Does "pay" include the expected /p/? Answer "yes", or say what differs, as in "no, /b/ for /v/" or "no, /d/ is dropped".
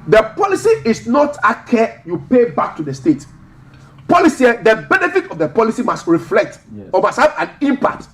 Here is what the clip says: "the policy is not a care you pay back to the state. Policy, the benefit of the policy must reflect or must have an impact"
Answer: yes